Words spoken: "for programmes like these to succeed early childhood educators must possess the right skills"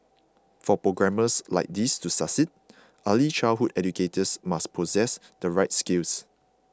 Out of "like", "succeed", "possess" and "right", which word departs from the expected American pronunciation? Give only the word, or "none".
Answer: succeed